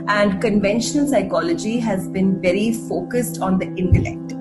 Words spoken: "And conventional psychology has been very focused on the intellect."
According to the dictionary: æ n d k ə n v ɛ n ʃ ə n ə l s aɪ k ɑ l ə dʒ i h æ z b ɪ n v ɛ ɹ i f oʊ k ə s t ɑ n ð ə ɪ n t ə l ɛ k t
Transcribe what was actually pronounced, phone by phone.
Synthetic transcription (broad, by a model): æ n d k ə n v ɛ n ʃ ə n ə l s aɪ k ɑ l ə dʒ i h æ z b ɪ n v ɛ ɹ i f oʊ k ə s t ɑ n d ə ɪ n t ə l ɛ k t